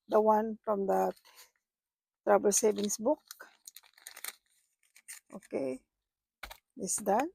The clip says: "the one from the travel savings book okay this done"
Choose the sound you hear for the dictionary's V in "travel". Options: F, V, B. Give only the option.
B